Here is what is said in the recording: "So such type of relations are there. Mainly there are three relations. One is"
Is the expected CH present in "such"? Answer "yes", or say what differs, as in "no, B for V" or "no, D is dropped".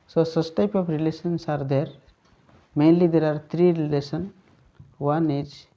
no, S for CH